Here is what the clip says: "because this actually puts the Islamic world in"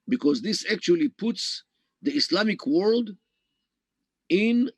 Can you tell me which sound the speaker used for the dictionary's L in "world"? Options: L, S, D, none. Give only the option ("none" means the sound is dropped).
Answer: L